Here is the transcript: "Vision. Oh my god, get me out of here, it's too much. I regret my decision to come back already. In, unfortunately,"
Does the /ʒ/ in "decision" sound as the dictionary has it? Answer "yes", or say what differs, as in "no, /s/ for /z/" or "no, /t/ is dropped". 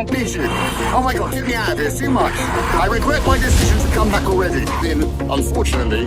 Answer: yes